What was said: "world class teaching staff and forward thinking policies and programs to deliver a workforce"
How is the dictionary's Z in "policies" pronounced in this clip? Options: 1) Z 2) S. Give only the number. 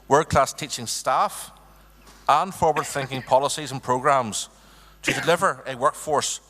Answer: 1